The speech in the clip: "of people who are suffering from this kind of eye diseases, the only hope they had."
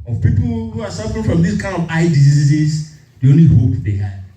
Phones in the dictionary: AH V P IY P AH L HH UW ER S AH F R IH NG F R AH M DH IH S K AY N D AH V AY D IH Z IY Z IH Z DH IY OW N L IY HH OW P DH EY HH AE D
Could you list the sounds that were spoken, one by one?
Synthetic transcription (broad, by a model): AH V P IY P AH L HH UW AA S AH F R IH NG F R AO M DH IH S K AY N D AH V AY D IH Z IY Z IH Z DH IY OW N L IY HH OW P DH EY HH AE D